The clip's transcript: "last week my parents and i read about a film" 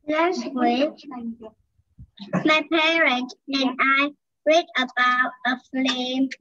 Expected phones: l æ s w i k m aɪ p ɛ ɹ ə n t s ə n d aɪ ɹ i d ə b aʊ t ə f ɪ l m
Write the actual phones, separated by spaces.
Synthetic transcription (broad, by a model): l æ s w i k m aɪ p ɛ ɹ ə n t ə n aɪ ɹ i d ə b aʊ t ə f l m